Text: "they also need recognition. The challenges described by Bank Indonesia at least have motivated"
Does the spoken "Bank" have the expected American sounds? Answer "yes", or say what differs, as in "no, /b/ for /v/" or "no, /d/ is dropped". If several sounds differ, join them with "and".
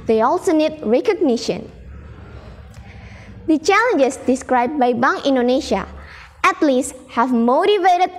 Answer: no, /k/ is dropped